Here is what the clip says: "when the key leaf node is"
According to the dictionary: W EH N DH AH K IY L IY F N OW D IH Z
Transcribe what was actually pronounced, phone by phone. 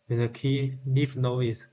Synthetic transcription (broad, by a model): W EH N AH K IY N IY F N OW IH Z